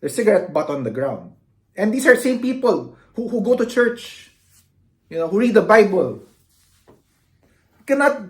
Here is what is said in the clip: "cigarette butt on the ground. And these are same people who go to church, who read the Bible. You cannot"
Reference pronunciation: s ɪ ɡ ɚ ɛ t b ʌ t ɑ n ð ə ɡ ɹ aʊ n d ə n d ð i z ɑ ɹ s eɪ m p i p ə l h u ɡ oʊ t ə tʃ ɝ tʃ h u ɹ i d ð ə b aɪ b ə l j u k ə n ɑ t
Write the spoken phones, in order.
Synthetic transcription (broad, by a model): s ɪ ɡ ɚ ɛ t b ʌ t ɑ n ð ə ɡ ɹ aʊ n d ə n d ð i s ɑ ɹ s eɪ m p i p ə l h u ɡ oʊ t ə tʃ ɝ tʃ h u ɹ i d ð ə b aɪ b ə l k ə n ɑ t